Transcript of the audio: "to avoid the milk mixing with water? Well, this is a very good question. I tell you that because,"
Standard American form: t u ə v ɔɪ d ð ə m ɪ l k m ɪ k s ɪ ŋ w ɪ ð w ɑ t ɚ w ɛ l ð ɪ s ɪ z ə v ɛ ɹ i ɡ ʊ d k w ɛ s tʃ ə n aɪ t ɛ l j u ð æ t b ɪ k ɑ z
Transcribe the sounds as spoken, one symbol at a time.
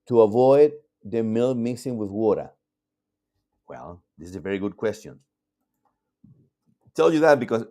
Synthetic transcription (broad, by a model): t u ə v ɔɪ d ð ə m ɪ l m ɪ s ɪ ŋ w ɪ ð w ɑ t ɚ w ɛ l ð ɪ s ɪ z ə v ɛ ɹ i ɡ ʊ d k w ɛ s tʃ ə n t ɛ l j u ð æ t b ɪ k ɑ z